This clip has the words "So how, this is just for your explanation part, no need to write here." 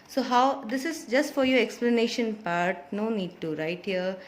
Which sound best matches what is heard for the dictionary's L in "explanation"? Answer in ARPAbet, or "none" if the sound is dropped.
L